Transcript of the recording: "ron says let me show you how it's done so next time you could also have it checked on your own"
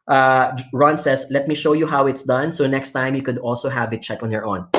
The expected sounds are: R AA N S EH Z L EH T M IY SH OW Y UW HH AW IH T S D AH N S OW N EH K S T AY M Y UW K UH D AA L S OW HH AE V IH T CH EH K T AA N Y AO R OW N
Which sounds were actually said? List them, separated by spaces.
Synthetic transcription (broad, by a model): R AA N S EH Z L EH T M IY SH OW Y UW HH AW IH T S D AH N S OW N EH K S T AY M Y UW K UH D AA L S OW HH AE V IH T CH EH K AA N Y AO R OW N